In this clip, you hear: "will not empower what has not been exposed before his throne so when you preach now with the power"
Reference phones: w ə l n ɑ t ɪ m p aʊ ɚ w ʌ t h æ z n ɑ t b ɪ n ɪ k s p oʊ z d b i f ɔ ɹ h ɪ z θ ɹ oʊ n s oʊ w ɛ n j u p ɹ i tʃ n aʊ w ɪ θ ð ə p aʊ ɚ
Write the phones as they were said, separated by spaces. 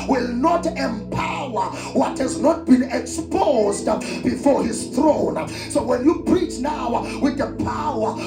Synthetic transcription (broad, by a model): w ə l n ɑ t ɪ m p aʊ ɚ w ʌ t h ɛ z n ɑ t b ɪ n ɪ k s p oʊ z d b i f ɔ ɹ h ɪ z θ ɹ oʊ n s oʊ w ɛ n j u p ɹ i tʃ n aʊ w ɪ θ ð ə p aʊ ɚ